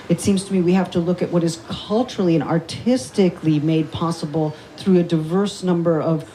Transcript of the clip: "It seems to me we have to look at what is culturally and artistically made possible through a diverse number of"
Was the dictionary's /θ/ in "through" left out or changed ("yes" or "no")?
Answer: no